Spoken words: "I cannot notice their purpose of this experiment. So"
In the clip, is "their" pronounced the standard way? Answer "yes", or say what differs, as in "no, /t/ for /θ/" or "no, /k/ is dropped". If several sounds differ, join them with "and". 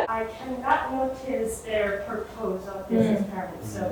yes